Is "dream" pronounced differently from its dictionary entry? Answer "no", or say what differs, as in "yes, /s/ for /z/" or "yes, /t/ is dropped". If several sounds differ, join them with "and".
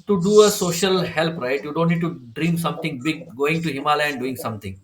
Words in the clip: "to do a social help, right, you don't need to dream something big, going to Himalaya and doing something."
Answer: no